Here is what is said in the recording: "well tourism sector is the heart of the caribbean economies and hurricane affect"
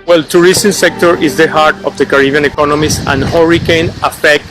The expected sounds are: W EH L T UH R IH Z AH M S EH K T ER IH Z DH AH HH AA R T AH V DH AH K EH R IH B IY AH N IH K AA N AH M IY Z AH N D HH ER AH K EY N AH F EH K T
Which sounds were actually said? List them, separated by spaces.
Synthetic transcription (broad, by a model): W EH L T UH R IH S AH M S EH K T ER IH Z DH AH HH AA R T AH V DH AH K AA R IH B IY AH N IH K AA N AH M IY S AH N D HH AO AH K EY N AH F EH K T